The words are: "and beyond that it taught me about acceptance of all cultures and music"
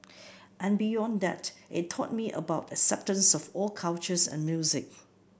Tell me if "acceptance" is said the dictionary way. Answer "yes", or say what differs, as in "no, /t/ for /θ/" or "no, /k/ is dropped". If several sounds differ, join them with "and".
yes